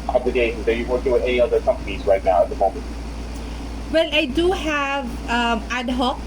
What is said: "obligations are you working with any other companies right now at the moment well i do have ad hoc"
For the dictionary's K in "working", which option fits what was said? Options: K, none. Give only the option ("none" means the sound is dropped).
none